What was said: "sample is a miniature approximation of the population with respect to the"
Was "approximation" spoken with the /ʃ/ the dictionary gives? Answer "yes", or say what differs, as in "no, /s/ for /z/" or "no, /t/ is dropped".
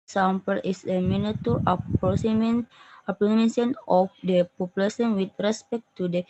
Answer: no, /s/ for /ʃ/